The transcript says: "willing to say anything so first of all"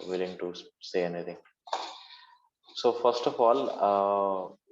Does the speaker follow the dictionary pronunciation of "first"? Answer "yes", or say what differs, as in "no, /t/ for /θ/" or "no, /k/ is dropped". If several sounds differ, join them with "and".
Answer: yes